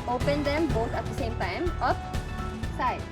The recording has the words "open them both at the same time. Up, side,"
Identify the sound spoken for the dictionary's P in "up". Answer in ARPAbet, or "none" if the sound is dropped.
F